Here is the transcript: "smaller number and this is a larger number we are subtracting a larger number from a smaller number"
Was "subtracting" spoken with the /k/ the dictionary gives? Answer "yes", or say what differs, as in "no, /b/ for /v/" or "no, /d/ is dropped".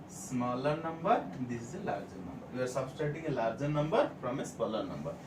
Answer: no, /k/ is dropped